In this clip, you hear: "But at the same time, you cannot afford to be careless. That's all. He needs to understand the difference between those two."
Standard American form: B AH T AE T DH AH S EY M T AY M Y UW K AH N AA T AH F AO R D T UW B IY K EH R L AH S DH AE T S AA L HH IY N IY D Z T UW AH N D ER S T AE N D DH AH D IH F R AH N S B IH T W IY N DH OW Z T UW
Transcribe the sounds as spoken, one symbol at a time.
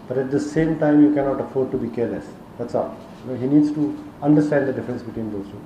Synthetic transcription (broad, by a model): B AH T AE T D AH S EY M T AY M Y UW K AH N AA T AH F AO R D T UW B IY K EH R L AH S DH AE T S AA N HH IY N IY D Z T UW AH N D ER S T AE N D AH D IH F R AH N S B IH T W IY N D OW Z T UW